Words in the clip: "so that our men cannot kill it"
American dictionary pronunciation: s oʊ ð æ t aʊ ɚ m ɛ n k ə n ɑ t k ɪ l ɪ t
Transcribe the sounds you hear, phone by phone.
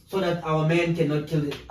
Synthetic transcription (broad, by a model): s oʊ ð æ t aʊ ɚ m ɛ n k ə n ɑ t k ɪ l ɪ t